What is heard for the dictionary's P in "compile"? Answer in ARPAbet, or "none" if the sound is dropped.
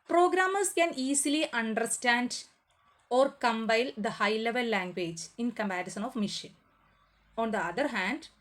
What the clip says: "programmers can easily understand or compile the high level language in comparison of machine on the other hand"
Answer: B